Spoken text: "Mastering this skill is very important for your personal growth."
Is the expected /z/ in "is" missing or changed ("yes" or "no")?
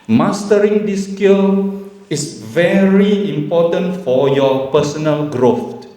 yes